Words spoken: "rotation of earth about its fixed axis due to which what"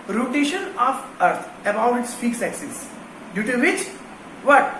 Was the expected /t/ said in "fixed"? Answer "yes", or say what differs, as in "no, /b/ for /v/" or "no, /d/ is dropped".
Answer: no, /t/ is dropped